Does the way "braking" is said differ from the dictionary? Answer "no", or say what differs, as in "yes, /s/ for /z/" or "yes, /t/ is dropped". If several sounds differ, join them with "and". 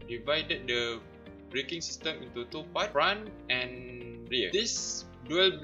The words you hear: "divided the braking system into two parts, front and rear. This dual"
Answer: no